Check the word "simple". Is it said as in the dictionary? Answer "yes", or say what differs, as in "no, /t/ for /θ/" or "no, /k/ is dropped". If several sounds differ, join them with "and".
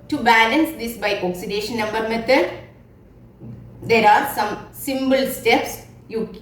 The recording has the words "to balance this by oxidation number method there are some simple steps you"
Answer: no, /b/ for /p/